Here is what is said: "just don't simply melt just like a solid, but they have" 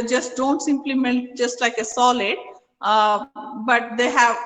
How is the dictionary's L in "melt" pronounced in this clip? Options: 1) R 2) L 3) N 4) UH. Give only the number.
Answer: 3